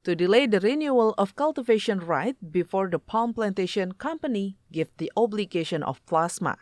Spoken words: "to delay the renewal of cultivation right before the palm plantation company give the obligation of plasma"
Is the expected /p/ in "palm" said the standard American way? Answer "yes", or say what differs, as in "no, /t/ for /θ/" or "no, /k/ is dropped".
yes